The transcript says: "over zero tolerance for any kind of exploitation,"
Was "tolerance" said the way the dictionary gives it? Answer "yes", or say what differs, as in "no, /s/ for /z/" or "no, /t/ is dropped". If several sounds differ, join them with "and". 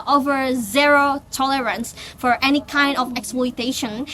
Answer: yes